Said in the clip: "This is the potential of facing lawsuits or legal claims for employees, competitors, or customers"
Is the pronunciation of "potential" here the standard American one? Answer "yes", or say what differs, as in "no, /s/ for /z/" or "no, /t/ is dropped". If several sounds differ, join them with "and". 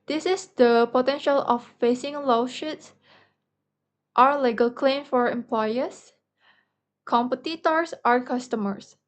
yes